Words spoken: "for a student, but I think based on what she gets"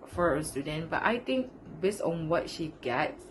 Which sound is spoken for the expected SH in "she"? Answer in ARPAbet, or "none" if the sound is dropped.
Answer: SH